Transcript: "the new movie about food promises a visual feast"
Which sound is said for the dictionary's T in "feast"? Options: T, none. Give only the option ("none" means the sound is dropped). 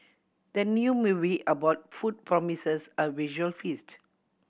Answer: T